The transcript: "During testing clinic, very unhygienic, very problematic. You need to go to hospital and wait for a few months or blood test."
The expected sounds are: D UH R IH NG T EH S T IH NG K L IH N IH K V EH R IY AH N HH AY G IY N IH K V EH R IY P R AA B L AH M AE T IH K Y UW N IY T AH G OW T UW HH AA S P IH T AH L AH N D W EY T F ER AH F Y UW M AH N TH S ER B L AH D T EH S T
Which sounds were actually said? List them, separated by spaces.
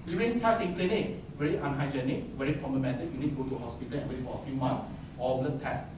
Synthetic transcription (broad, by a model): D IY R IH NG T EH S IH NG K L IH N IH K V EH R IY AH N HH AY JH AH N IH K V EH R IY F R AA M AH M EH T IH Y UW N IY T G OW T UW HH AA S P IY T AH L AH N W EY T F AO AH F Y UW M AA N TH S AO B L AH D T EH S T